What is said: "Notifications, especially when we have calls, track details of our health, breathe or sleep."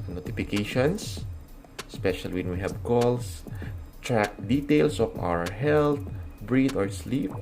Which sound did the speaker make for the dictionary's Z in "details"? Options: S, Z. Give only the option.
S